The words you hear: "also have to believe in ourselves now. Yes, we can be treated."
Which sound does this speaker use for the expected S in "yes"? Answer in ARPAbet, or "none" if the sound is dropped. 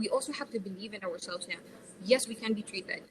S